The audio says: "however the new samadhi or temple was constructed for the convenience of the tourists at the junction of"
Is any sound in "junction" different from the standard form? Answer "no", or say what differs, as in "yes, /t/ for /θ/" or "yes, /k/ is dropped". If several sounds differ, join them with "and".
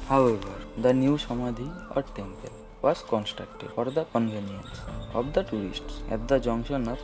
yes, /k/ is dropped